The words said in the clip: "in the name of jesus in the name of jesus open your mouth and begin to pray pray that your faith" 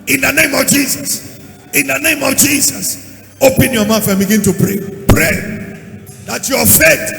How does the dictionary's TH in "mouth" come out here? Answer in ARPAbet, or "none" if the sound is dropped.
F